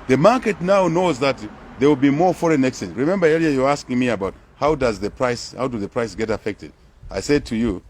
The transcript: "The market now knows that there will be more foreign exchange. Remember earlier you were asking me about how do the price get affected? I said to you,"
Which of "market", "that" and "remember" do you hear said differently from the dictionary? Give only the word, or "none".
none